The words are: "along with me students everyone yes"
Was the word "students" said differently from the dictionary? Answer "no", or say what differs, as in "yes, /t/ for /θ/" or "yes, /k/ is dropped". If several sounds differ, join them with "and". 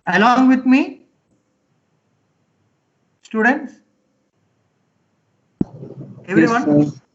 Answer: no